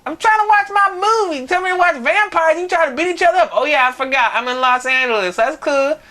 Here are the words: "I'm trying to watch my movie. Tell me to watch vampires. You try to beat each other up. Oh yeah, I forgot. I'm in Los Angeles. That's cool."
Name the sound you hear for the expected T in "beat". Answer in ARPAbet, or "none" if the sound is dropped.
T